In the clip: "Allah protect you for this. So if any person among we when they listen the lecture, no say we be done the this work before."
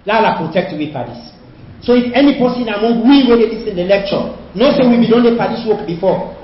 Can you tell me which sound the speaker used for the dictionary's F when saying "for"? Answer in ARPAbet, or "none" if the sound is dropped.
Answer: P